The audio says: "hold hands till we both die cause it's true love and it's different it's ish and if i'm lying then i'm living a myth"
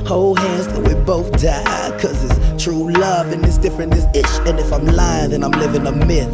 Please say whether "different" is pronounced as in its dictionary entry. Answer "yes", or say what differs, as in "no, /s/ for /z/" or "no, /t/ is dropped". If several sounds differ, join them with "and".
no, /t/ is dropped